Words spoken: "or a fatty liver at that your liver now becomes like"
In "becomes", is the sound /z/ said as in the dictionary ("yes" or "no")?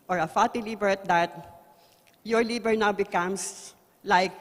no